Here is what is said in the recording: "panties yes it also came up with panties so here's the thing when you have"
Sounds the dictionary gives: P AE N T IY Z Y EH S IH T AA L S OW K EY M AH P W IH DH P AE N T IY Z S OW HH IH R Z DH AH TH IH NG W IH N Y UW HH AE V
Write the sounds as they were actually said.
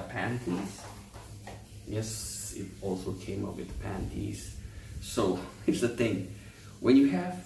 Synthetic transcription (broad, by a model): P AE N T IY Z Y EH S IH T AA L S OW K EY M AH P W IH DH P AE N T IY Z S OW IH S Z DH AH TH IH NG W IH N Y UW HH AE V